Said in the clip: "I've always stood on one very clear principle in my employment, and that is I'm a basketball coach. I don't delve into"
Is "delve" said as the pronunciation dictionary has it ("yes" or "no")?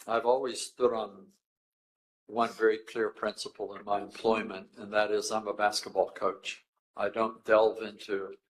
yes